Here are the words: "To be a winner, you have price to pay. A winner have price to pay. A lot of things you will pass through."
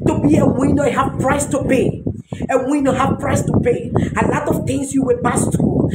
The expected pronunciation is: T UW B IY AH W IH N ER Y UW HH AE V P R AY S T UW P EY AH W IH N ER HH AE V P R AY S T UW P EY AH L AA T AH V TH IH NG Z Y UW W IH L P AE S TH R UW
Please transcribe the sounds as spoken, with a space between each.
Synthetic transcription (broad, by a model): T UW B IY AH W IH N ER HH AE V P R AY S T UW P EY AH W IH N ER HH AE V P R AY S T UW P EY AH L AA T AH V T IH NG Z Y UW W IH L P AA S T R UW